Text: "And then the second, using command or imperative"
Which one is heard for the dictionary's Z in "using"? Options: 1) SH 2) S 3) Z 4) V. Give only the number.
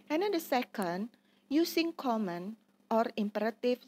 2